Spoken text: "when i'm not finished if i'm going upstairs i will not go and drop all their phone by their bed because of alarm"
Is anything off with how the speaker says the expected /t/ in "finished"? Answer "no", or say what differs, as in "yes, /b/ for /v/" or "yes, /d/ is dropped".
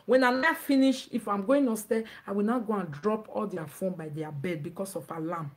yes, /t/ is dropped